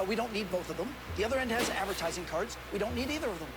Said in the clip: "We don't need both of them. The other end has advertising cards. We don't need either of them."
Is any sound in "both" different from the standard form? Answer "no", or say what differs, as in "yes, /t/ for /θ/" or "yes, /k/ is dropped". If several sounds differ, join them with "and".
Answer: no